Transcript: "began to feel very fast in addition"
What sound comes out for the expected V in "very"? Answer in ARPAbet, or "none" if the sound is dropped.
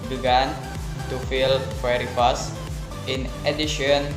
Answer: W